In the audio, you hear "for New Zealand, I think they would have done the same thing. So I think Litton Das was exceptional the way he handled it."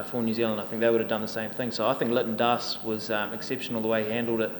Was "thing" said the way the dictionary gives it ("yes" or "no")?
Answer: yes